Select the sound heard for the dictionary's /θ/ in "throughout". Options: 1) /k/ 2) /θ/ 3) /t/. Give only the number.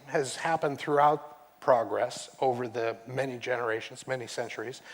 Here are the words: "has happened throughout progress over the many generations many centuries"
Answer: 2